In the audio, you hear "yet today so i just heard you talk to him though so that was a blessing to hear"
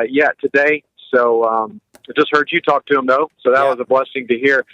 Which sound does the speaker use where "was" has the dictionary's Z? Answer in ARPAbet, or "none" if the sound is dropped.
Z